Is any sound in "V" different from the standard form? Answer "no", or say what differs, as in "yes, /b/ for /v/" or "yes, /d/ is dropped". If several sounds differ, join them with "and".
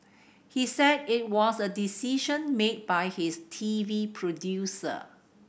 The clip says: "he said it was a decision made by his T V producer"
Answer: no